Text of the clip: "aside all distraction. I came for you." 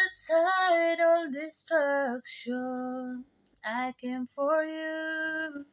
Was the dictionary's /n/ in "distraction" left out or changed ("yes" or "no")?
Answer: yes